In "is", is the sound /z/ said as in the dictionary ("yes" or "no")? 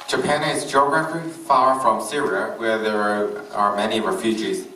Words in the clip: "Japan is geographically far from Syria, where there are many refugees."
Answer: yes